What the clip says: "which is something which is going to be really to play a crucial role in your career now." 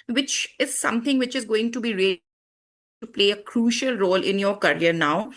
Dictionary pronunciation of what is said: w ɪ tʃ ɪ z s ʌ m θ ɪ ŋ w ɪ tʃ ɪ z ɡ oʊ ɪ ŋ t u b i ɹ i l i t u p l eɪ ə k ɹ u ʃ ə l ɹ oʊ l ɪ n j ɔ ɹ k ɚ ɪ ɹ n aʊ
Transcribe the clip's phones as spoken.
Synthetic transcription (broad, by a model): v ɪ tʃ ɪ z s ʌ m t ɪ ŋ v ɪ tʃ ɪ z ɡ oʊ ɪ ŋ t u b i ɹ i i t u p l eɪ ə k ɹ u ʃ ə l ɹ oʊ l ɪ n j ɔ ɹ k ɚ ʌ ɹ n aʊ